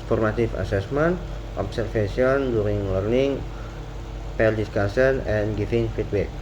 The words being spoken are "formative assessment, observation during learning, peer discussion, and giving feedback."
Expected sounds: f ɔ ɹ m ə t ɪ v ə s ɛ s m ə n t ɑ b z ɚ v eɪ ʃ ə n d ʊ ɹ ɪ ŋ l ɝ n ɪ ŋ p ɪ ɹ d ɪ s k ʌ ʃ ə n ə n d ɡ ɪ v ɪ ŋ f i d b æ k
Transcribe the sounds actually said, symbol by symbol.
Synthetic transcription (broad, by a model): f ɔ ɹ m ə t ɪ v ə s ɛ s m ə n t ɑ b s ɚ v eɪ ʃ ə n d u ɹ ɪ ŋ l ɝ n ɪ ŋ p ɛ l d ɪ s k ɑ s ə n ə n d ɡ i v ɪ ŋ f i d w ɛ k